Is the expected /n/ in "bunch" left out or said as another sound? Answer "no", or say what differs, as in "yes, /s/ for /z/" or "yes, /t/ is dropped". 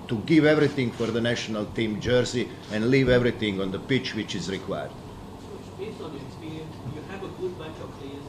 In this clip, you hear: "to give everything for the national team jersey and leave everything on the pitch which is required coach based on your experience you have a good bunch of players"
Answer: yes, /n/ is dropped